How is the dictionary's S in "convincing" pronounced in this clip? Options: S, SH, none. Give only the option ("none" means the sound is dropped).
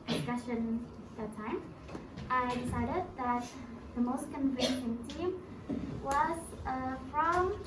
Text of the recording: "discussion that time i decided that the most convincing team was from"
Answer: SH